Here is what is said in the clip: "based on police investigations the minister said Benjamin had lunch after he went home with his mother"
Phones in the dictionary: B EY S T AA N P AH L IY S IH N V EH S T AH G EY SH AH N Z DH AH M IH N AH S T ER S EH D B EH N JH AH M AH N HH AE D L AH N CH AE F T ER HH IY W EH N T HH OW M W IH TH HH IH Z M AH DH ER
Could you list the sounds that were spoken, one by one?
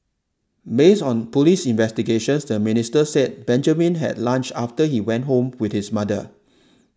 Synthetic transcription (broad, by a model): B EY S AA N P AH L IY S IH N V EH S T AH G EY SH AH N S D AH M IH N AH S T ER S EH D B EH N JH AH M AH N HH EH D L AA N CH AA F T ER HH IY W EH N T HH OW M W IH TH HH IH S M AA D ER